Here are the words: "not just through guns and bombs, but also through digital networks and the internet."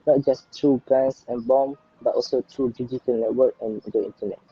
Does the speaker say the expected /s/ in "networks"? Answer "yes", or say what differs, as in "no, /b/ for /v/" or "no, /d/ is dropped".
no, /s/ is dropped